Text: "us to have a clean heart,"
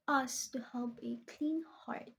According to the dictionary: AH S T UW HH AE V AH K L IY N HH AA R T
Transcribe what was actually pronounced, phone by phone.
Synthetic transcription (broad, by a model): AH S T UW HH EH P AH K L IY N HH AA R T